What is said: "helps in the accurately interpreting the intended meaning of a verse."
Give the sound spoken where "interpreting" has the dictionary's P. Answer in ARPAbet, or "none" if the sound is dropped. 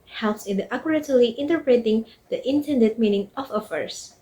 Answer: P